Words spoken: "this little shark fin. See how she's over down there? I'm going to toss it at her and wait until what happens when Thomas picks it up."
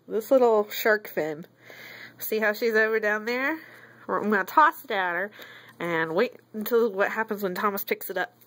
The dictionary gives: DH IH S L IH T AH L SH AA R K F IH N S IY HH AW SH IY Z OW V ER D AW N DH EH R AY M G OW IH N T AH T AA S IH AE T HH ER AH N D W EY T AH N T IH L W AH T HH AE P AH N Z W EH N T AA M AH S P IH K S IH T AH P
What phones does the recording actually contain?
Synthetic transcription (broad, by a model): DH IH S L IH T L SH AA R K F IH N S IY HH AW SH IY Z OW V ER D AW N DH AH R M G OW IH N T AH S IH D IH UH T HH ER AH N W EY T N T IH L W AH T HH AE P AH N Z W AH N T AA M AH S P IH K S IH T AH P